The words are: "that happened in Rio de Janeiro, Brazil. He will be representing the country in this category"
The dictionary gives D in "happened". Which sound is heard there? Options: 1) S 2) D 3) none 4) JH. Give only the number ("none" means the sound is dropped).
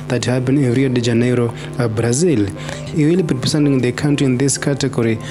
3